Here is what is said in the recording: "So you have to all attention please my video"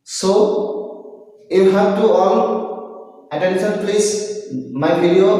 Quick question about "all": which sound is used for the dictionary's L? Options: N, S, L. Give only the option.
N